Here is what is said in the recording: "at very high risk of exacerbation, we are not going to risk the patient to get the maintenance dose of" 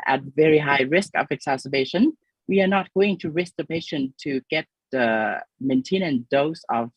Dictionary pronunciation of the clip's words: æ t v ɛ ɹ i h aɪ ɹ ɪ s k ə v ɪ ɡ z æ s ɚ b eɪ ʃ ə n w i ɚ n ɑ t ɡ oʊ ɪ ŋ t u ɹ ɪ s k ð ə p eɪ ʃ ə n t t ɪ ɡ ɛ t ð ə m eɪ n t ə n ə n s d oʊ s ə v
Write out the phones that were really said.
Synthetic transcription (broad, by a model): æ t v ɛ ɹ i h aɪ ɹ ɪ s k ə v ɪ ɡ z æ s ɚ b eɪ ʃ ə n w i ɚ n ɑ t ɡ oʊ ɪ ŋ t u ɹ ɪ s k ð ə p eɪ ʃ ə n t t ɪ ɡ ɛ t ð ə m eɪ n t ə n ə n d oʊ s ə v